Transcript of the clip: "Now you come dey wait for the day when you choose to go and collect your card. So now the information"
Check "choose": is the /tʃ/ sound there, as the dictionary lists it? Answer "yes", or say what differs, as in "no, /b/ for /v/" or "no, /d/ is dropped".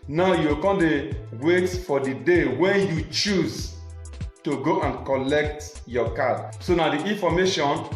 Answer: yes